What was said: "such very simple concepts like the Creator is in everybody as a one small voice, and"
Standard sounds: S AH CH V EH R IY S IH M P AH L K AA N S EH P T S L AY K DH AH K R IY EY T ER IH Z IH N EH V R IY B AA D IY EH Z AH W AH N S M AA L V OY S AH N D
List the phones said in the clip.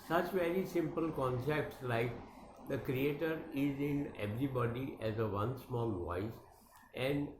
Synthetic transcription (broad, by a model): S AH CH V EH R IY S IH M P AH L K AA N S EH P T S L AY K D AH K R IY EY T ER IH Z IH N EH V R IY B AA D IY EH Z AH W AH N S M AA L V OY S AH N D